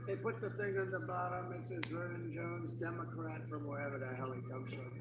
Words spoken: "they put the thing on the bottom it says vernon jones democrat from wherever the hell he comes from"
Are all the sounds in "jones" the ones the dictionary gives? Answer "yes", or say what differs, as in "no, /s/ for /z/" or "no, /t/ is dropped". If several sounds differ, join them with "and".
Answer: yes